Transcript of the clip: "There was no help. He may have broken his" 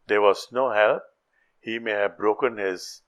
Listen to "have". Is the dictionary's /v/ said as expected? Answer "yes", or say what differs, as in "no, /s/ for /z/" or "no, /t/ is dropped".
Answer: yes